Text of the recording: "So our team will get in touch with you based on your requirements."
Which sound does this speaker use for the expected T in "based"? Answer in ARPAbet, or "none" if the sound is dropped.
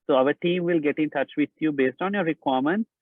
T